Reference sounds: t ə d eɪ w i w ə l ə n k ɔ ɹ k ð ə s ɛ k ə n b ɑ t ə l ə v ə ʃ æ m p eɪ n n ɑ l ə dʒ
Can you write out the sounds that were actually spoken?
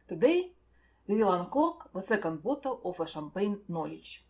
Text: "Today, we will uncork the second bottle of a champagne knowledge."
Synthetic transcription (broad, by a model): t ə d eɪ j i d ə l ə n k ɔ ɹ k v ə s ɛ k ə n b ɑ t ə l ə f ə ʃ æ m p eɪ n n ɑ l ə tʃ